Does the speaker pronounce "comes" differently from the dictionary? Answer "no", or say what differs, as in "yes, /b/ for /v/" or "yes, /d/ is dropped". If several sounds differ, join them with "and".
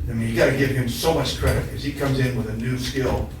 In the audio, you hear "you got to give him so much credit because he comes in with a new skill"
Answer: no